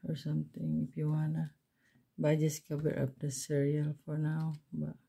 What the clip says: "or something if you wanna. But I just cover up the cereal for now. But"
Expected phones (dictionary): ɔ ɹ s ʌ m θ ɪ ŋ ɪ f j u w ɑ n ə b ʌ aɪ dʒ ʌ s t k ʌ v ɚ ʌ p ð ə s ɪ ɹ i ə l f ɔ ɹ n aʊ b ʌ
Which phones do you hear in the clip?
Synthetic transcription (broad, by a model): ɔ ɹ s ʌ m t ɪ ŋ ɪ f j u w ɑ n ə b aɪ dʒ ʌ s k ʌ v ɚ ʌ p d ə s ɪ ɹ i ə l f ɔ ɹ n aʊ b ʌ